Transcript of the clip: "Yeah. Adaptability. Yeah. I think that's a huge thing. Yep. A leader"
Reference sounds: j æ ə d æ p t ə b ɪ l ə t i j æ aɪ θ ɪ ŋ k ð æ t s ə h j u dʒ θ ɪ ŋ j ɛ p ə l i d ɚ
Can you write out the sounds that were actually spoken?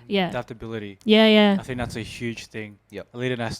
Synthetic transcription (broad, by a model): j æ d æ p t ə b ɪ l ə t i j æ aɪ θ ɪ ŋ k ð æ t s ə h j u dʒ θ ɪ ŋ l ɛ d ə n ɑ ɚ